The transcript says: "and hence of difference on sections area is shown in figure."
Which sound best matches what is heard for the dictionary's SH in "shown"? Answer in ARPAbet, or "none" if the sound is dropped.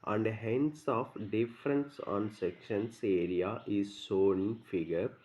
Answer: S